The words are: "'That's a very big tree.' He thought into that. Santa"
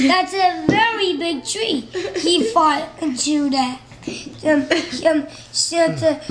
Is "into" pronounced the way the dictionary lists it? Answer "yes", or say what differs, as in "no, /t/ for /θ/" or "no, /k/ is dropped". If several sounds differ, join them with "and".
no, /n/ is dropped